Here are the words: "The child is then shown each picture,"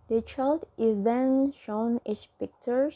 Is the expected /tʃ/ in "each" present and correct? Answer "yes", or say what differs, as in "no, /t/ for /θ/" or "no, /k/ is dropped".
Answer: no, /s/ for /tʃ/